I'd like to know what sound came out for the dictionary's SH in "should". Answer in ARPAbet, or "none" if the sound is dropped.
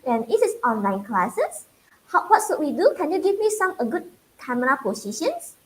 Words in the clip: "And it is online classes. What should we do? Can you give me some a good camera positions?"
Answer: S